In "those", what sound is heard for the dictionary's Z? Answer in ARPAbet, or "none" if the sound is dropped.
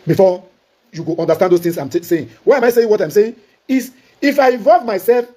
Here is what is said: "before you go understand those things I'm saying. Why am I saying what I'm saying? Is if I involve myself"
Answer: S